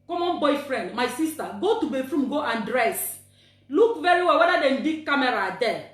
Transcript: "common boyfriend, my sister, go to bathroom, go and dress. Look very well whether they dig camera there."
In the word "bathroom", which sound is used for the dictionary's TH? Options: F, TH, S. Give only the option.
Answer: F